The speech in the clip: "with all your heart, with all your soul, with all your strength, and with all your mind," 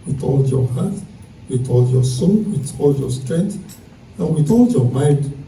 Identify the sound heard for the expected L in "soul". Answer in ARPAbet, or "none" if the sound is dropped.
N